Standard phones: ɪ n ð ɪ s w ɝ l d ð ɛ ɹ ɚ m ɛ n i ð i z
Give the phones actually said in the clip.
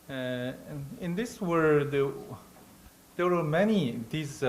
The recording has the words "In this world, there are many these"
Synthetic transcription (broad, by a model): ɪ n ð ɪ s w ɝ d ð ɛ w ɚ m ɛ n i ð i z